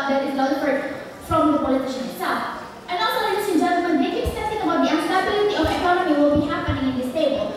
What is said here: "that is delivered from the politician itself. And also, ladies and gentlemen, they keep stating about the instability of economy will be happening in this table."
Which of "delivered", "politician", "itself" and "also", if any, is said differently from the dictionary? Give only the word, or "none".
delivered